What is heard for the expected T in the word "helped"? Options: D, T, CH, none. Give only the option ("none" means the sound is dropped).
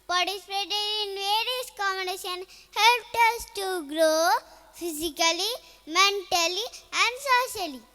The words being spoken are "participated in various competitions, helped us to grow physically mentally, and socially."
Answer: T